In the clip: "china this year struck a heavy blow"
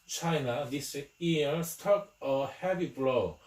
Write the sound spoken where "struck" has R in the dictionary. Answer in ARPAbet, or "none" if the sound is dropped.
none